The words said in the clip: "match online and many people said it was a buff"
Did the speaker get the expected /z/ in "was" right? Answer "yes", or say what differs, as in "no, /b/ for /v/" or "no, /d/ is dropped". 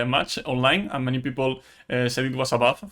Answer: no, /s/ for /z/